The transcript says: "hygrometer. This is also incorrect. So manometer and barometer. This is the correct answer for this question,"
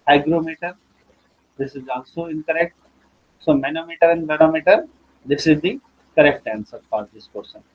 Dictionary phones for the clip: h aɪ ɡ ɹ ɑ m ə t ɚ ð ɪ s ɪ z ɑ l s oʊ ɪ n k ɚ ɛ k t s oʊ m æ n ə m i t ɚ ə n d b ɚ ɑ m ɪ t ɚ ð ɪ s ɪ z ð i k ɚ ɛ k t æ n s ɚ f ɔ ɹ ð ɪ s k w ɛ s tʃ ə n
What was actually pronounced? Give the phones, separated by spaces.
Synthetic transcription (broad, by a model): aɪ ɡ ɹ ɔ m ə t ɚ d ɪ s ɪ z ɑ l s oʊ ɪ n k ɚ ɛ k t s oʊ m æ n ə m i t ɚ ə n d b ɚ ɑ m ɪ t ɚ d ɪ s ɪ z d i k ɚ ɛ k t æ n s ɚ f ɔ ɹ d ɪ s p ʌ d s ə n